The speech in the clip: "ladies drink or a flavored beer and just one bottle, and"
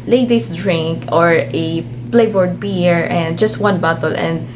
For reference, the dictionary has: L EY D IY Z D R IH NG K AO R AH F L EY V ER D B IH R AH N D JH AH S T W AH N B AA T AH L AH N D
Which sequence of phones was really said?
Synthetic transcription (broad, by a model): L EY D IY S D R IH NG K AO R AH P L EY B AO D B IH R AH N D JH AH S T W AH N B AA T AH L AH N D